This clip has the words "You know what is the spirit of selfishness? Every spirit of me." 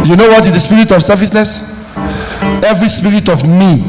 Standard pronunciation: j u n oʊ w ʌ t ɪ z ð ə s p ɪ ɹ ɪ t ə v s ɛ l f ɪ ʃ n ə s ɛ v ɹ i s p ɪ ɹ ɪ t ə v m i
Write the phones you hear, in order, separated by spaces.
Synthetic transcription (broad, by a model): j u n oʊ w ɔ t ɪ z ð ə s p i ɹ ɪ t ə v s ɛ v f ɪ s n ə s ɛ v ɹ i s p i ɹ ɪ t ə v m i